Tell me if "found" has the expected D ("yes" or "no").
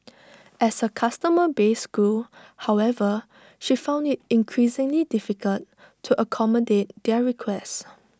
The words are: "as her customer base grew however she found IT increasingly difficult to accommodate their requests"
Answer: yes